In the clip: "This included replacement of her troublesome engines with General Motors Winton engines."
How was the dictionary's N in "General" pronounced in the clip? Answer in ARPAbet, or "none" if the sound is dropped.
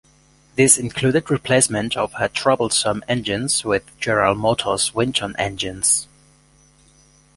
none